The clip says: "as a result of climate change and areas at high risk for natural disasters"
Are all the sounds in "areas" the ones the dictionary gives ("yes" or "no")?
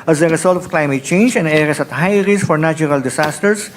no